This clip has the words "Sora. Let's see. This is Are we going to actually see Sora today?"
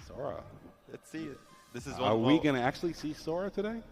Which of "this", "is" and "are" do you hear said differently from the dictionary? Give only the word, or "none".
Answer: none